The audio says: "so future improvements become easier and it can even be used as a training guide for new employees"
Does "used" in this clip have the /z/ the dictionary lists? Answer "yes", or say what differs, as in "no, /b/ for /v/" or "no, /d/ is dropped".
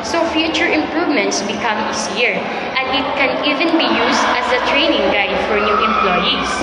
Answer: no, /s/ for /z/